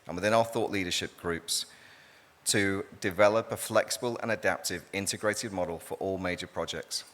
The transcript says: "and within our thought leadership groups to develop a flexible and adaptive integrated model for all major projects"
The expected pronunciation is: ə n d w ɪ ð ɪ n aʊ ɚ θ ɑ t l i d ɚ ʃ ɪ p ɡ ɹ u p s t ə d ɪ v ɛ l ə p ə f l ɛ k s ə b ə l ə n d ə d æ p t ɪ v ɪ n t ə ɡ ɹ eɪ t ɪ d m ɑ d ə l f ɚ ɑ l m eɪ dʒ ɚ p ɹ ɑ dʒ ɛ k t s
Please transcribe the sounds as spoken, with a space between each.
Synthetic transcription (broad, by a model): ə n w ɪ ð ɪ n aʊ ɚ θ ɑ t l i d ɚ ʃ ɪ p ɡ ɹ u p s t ə d ɪ v ɛ l ə p ə f l ɛ k s ə b ə l ə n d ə d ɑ p t ɪ v ɪ n t ə ɡ ɹ eɪ t ɪ d m ɑ d ə l f ɚ ɑ l m eɪ dʒ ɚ p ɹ ɑ dʒ ɛ k t s